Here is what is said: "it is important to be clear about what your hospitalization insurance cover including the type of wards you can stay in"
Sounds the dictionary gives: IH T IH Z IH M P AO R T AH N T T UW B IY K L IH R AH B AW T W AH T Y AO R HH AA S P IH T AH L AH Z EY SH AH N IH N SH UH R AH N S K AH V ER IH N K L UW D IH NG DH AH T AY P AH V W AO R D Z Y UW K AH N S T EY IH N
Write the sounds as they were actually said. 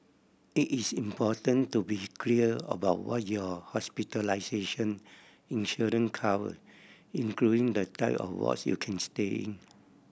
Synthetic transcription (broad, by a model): IH T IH S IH M P AO T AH N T T UW B IY K L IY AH AH B AW T W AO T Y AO HH AA S P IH T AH L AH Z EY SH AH N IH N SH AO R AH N K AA W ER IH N K L UW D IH NG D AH T AY P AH F W AO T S Y UW K AH N S T EY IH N